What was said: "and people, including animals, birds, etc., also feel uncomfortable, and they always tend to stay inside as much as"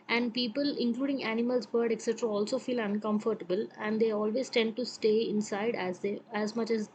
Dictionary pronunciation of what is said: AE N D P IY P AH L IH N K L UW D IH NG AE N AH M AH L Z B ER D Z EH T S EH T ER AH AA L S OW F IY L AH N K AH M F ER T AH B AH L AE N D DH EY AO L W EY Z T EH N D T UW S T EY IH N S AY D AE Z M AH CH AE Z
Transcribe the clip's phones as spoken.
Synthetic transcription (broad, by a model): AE N D P IY P AH L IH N K L UW D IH NG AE N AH M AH L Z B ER D EH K S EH T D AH AA L S OW F IY L AH N K AH M F ER T AH B AH L AE N D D EY AO L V EY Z T EH N D T UW S T EY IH N S AY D AE Z M AH CH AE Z